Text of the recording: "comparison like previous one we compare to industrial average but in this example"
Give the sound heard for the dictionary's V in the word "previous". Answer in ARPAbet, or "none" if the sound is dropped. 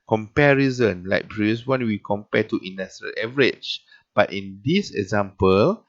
none